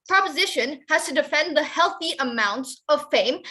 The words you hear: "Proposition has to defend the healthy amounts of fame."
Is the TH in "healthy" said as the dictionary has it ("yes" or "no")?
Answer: yes